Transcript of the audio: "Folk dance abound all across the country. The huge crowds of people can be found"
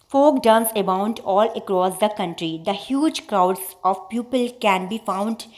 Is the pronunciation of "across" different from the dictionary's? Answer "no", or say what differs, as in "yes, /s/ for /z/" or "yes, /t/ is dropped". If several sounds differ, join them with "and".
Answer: no